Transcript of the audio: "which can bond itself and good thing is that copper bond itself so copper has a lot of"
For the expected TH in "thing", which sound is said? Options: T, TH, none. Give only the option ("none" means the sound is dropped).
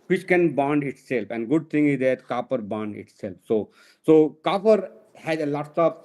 T